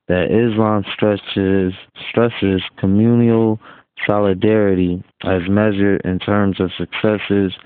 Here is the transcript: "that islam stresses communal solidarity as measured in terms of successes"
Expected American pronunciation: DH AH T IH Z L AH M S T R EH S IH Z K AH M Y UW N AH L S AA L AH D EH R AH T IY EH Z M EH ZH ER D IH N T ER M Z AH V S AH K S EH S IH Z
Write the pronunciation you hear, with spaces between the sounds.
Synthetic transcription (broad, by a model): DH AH T IH Z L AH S S T R EH S IH Z K AH M Y UW N AH L S AA L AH D EH R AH T IY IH Z M EH ZH ER D IH N T ER M Z AH V S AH K S EH S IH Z